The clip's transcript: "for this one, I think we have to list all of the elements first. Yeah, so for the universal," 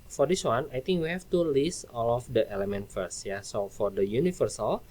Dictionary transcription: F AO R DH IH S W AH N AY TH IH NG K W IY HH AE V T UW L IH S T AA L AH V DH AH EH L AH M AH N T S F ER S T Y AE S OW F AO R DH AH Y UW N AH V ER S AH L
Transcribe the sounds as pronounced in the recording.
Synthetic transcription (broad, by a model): F AO R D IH S W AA N AY T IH NG K W IY HH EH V T UW L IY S AA L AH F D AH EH L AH M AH N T F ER S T Y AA S OW F AO R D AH Y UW N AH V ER S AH L